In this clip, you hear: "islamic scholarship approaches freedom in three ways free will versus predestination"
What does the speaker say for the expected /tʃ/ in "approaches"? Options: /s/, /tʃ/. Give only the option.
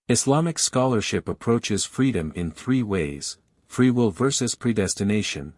/tʃ/